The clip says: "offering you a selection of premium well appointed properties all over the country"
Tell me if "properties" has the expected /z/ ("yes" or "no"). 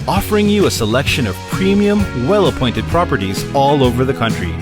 yes